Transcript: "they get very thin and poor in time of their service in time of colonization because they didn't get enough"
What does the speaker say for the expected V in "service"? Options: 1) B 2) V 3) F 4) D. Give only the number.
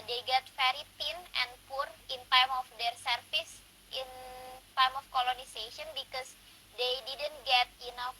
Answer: 3